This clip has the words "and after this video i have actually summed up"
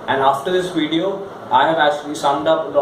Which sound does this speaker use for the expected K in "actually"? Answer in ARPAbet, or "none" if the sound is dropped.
none